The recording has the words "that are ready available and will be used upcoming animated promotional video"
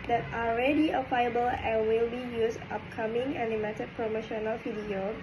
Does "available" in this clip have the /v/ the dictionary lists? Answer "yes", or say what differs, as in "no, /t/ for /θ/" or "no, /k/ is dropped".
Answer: no, /w/ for /v/